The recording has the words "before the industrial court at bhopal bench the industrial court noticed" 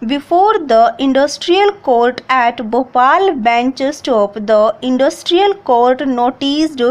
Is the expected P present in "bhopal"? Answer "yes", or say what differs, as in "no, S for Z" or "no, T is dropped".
yes